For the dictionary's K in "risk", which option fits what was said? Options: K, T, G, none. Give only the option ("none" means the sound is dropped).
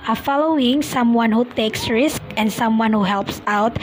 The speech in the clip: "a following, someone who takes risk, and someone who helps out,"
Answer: K